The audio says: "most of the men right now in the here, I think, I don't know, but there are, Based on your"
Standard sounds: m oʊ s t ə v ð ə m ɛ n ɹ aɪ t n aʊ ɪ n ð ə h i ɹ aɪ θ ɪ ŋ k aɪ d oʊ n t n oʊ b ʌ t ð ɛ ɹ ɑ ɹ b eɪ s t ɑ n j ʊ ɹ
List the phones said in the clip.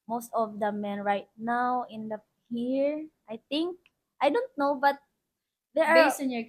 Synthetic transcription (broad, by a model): m oʊ s t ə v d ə m ɛ n ɹ aɪ t n aʊ ɪ n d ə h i ɹ aɪ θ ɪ ŋ k aɪ d oʊ n t n oʊ b ʌ t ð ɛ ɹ ɑ ɹ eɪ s ɑ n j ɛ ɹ